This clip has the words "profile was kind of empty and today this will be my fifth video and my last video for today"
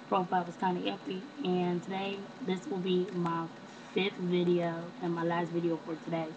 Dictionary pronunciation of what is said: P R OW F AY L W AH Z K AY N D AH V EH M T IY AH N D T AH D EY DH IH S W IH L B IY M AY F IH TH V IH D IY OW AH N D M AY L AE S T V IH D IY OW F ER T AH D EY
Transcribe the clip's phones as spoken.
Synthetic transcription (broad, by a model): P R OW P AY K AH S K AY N AH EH T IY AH N T AH D EY DH IH S W IH L B IY M AY F IH TH V IH D IY OW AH N M AY L AE S T V IH D IY OW F ER T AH D EY